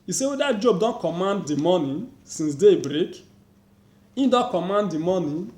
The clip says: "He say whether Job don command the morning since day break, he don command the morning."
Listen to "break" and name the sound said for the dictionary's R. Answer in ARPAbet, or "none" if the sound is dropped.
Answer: R